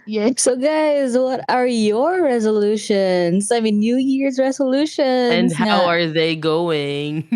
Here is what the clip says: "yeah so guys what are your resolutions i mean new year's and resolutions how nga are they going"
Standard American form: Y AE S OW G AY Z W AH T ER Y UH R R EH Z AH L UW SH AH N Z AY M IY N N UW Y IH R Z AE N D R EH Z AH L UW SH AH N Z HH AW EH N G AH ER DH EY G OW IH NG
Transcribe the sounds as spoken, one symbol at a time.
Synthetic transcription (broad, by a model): Y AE S OW G AY Z W AH T ER Y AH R R EH Z AH L UW SH AH N Z AY M IY N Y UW Y IH R Z R EH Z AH L UW SH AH N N HH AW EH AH ER DH EY G OW IH NG